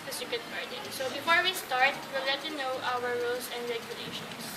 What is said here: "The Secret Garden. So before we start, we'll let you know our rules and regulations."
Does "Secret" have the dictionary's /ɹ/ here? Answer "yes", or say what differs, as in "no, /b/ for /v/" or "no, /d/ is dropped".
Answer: no, /ɹ/ is dropped